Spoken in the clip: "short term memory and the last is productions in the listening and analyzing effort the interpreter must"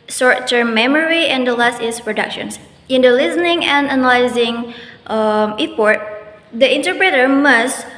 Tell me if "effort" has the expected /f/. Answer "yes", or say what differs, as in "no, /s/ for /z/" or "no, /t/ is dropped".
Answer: no, /p/ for /f/